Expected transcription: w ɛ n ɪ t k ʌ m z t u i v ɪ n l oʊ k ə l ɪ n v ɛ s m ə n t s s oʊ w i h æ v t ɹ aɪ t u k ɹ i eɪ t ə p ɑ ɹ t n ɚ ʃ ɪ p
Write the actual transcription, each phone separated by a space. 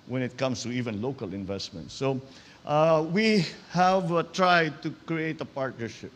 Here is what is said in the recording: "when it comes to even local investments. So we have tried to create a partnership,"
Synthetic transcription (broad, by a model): w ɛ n ɪ t k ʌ m s t u i v ɪ n l oʊ k ə l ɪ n v ɛ s m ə n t s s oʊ w i h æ v t ɹ aɪ t u k ɹ i eɪ t ə p ɑ ɹ t n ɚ ʃ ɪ p